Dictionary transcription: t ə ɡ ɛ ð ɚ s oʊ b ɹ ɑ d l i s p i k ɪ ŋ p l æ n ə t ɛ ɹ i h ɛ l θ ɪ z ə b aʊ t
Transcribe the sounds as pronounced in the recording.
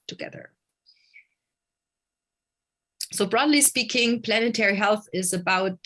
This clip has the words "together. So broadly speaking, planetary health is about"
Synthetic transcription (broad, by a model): t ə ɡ ɛ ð ɚ s oʊ b ɹ ɑ d l i s p i k ɪ ŋ p l æ n ə t ɛ ɹ i h ɛ l θ ɪ z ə b aʊ t